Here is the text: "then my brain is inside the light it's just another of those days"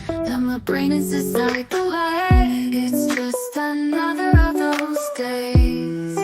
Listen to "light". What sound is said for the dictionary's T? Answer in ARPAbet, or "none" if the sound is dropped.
none